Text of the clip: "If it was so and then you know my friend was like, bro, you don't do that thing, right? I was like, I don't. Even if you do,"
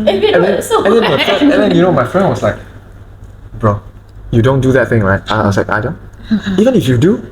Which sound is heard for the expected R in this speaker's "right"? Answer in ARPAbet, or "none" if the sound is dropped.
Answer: L